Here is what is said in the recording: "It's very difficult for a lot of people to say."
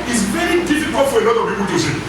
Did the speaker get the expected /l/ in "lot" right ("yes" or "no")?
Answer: no